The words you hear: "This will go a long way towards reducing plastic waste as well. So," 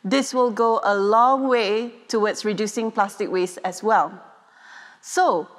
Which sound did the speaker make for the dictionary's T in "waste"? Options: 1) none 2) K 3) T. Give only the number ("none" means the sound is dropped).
1